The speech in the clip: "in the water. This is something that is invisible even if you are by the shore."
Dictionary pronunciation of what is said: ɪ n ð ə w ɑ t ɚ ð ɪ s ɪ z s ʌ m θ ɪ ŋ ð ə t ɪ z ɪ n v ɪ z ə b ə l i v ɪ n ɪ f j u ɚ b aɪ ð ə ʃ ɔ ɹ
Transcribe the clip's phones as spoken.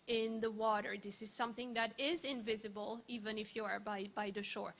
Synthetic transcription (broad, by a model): ɪ n ð ə w ɑ t ɚ ð ɪ s ɪ z s ʌ m θ ɪ ŋ ð ə t ɪ z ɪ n v ɪ z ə b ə l i v ɪ n ɪ f j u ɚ b aɪ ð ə ʃ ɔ ɹ